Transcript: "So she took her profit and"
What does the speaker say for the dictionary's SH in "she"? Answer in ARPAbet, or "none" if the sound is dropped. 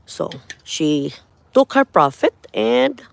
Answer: SH